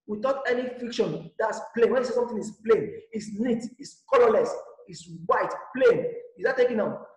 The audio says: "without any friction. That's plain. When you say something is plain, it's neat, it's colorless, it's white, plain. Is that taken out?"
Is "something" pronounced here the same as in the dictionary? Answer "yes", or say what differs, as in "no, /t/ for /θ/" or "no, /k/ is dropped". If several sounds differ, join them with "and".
no, /t/ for /θ/